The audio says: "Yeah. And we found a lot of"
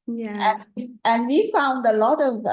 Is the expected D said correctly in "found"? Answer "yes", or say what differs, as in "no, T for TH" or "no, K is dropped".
yes